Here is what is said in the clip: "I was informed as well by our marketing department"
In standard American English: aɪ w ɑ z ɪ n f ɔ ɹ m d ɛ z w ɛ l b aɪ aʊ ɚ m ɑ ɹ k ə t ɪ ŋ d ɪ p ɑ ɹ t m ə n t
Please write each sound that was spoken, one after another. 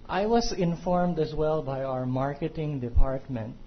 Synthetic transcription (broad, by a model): aɪ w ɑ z ɪ n f ɔ ɹ m d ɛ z w ɛ l b aɪ aʊ ɚ m ɑ ɹ k ə t ɪ ŋ d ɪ p ɑ ɹ t m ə n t